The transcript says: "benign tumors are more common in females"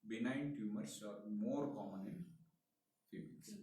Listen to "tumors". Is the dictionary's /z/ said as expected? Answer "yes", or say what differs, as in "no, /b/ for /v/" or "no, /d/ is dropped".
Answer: no, /s/ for /z/